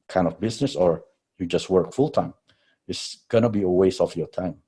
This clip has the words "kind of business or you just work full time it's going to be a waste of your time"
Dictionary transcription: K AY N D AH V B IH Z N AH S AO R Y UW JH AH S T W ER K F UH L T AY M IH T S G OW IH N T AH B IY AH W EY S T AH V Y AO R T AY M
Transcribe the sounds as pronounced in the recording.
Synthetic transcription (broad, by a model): K AY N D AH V B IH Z N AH S AO R Y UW JH AH S T W ER K F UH L T AY M IH T S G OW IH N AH B IY AH W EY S AH F Y AO R T AY M